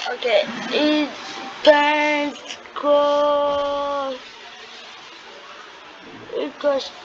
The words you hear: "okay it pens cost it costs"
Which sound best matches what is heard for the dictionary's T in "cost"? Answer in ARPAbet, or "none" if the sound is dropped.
none